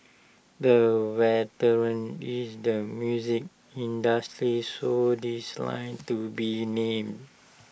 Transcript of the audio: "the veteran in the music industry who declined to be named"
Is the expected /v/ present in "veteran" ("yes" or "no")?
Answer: no